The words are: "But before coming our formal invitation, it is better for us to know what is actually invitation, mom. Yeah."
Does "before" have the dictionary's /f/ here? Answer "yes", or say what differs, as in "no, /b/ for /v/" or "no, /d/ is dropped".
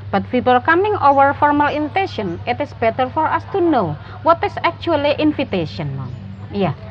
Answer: no, /p/ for /f/